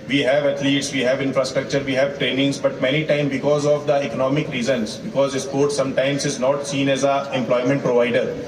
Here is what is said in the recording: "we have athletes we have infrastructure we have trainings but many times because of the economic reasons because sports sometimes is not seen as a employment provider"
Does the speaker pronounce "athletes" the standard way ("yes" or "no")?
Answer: no